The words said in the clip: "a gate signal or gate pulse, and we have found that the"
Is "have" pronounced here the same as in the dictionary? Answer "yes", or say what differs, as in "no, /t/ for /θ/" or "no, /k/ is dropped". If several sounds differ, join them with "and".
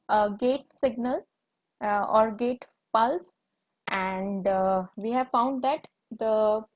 yes